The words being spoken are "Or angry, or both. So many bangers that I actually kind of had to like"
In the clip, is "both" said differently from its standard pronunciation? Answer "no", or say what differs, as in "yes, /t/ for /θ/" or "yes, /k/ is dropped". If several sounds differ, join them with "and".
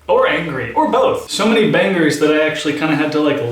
no